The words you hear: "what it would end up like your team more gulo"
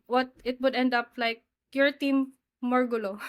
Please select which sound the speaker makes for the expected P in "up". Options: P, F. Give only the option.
P